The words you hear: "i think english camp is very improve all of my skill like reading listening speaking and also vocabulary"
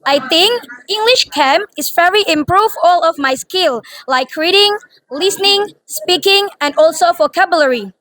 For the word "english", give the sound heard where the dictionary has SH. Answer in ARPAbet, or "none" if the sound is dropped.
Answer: SH